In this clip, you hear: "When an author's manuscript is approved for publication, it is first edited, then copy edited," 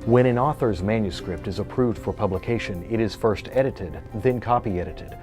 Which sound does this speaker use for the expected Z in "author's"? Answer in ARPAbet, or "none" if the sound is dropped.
Z